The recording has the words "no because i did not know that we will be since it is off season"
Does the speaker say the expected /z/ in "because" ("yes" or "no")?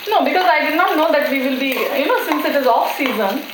yes